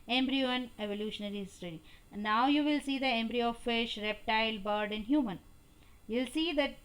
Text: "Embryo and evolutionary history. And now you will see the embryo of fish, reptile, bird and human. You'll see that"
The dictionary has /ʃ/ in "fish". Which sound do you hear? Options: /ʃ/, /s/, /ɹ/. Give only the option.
/ʃ/